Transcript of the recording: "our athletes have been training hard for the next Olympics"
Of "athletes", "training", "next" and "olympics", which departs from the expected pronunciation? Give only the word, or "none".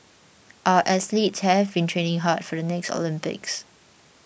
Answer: athletes